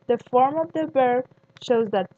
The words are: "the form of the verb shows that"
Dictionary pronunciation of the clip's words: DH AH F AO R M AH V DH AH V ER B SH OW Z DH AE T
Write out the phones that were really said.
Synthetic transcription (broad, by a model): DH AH F AO R M AH V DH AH B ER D SH OW Z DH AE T